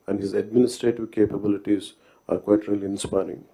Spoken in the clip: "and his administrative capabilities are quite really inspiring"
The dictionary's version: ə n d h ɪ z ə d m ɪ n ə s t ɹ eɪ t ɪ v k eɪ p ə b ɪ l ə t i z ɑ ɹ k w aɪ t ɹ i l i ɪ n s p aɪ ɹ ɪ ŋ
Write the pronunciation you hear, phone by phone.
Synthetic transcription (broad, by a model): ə n d h ɪ z ə d m ɪ n ə s t ɹ eɪ t ɪ v k eɪ p ə b ɪ l ə t i z ɑ ɹ k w aɪ t ɹ i l i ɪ n s p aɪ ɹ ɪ ŋ